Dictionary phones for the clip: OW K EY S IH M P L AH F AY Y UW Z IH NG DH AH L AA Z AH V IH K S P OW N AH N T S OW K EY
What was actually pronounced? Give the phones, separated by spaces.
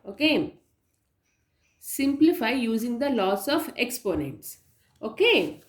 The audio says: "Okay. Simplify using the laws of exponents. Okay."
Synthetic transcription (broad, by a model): OW K EY S IH M P L AH F AY Y UW Z IH NG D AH L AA S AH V IH K S P OW N AH N T S OW K EY